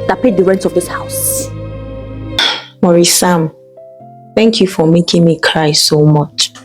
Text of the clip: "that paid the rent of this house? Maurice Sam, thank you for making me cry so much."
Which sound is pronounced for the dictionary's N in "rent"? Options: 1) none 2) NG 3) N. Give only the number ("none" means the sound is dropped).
3